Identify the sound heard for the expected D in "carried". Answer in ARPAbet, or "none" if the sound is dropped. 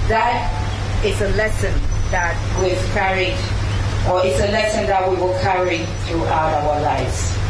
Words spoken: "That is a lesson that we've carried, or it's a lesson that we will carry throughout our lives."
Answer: none